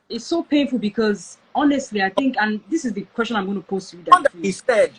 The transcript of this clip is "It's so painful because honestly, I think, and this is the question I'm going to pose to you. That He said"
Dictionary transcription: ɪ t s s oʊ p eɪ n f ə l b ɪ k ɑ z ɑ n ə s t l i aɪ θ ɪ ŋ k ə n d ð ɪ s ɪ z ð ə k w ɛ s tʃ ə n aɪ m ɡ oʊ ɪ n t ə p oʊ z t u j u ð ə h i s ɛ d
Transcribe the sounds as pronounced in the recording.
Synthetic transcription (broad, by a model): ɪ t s s oʊ p eɪ n f ə l b ɪ k ɑ z ɑ n ə s t l i aɪ θ ɪ ŋ k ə n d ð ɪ s ɪ z ð ə k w ɛ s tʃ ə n aɪ m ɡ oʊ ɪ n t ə p oʊ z t u j u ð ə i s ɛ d